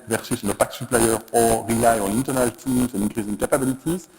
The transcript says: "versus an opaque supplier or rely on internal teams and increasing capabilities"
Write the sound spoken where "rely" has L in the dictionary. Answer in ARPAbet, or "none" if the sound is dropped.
none